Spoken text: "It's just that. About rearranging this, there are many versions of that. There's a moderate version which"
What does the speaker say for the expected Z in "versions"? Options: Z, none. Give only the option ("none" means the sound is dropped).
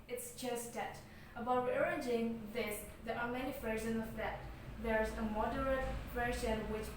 none